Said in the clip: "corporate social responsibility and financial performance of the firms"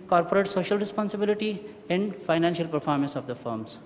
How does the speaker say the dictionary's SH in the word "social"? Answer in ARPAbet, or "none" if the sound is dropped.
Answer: SH